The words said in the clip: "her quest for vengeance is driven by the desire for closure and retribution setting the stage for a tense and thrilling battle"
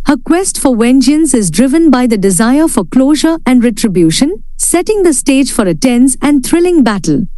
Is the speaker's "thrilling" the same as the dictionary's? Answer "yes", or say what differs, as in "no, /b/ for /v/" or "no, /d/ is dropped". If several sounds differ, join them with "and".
no, /t/ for /θ/